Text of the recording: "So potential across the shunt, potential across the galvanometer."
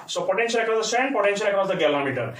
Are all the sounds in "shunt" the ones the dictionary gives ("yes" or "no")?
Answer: no